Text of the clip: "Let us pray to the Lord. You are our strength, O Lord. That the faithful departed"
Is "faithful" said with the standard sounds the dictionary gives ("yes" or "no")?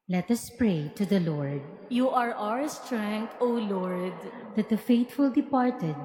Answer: no